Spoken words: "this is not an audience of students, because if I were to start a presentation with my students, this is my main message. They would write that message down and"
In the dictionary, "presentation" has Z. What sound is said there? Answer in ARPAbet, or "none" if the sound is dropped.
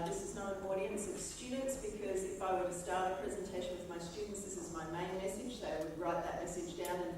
Z